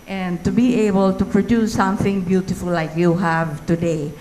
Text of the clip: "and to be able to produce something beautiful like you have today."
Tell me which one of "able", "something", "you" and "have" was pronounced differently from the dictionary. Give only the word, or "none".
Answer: none